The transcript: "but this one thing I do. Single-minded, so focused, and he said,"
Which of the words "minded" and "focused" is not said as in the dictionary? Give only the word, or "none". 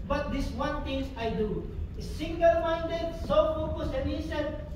focused